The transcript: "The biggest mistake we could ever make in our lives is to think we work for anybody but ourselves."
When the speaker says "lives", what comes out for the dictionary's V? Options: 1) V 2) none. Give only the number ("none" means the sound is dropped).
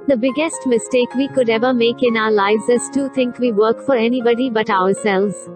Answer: 1